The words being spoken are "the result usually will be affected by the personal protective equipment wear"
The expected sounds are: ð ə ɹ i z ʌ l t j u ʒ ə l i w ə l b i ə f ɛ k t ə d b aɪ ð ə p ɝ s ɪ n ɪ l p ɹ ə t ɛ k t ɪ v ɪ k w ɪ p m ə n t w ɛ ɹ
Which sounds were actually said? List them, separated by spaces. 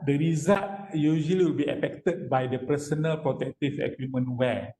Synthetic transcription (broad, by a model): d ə ɹ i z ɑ t j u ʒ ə l i w ə l b i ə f ɛ k t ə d b aɪ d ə p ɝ s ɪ n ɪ l p ɹ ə t ɛ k t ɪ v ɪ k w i m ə n w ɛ